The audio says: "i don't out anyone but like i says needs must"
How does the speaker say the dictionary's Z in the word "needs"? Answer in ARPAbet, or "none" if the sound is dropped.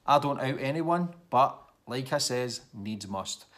Z